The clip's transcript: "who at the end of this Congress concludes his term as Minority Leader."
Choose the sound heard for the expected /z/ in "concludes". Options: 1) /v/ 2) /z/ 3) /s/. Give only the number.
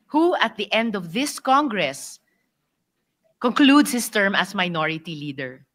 3